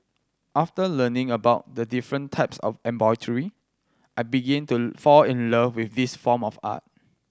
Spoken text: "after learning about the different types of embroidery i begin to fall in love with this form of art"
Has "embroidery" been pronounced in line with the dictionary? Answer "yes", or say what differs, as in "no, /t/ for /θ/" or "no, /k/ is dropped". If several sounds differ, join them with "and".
no, /ɹ/ is dropped